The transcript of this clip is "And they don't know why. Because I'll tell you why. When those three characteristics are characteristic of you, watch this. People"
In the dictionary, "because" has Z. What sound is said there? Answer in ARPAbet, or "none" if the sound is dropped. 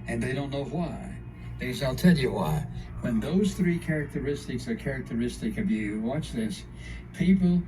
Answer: none